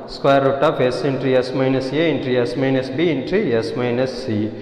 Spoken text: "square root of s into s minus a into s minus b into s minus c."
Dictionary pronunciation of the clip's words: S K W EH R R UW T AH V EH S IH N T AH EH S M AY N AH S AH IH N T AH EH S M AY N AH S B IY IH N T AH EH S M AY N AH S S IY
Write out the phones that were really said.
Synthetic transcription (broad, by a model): S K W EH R R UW T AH P EH S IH N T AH EH S M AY N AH S AH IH N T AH EH S M AY N AH S B IY N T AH EH S M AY N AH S S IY